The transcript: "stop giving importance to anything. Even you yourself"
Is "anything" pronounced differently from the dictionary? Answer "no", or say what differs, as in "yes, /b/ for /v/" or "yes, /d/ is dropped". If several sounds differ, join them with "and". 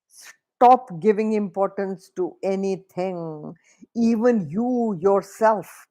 yes, /t/ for /θ/